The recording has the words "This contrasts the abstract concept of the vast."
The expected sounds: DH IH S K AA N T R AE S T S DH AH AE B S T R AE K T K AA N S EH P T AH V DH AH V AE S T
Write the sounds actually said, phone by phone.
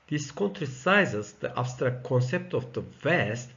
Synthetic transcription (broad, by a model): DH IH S K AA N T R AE S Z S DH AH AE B S T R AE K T K AA N S EH P T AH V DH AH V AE S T